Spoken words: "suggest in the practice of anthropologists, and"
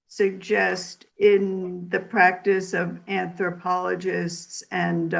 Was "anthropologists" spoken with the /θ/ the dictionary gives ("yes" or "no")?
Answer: yes